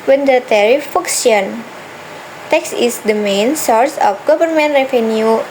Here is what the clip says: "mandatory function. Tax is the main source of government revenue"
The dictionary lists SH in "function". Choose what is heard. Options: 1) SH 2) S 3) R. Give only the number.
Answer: 2